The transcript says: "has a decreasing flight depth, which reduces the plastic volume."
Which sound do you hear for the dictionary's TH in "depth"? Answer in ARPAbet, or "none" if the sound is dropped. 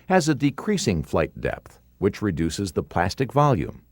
TH